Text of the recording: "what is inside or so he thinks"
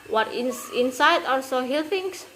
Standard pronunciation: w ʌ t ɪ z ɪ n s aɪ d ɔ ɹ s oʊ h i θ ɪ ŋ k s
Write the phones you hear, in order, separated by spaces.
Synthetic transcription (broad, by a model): w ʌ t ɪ s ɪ n s aɪ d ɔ l s oʊ h i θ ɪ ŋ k s